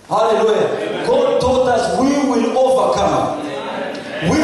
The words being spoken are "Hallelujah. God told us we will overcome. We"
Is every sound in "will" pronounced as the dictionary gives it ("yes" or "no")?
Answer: yes